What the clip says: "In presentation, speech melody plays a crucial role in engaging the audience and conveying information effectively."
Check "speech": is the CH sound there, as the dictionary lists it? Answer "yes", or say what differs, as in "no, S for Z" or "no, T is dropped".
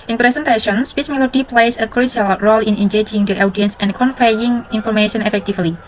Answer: no, S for CH